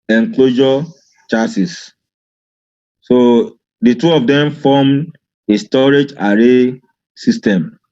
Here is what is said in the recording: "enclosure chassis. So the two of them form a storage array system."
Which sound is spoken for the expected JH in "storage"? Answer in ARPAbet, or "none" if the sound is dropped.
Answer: JH